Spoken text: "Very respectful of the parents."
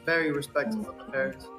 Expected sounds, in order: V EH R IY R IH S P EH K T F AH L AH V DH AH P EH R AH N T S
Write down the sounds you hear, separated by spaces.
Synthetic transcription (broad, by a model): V EH R IY R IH S P EH K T AH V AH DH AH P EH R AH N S